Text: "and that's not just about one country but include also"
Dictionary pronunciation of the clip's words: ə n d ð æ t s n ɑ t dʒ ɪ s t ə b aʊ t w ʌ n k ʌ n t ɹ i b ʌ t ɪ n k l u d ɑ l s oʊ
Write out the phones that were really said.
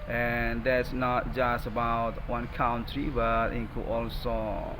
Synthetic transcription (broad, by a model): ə n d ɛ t s n ɑ t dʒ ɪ s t ə b aʊ t w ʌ n k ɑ n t ɹ i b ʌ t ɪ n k u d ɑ l s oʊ